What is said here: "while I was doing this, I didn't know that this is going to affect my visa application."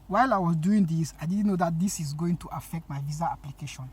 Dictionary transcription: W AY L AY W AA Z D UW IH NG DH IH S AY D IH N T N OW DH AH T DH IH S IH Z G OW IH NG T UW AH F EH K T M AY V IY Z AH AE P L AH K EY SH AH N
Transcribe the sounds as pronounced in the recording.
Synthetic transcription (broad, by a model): W AY L AY W AA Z D UW IH NG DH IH S AY D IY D N OW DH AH T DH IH S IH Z G OW IH NG T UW AH F EH K T M AY V IY Z AH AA P L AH K EY SH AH N